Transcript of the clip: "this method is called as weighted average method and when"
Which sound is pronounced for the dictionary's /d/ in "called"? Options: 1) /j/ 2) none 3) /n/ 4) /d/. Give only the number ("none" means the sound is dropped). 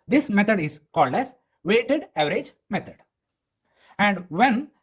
4